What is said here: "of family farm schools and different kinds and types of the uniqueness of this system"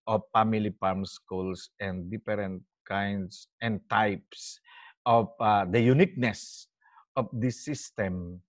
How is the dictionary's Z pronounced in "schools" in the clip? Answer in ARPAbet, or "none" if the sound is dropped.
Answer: S